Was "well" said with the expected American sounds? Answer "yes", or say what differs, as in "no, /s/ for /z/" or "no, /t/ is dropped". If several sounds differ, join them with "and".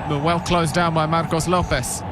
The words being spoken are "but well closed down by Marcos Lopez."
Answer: yes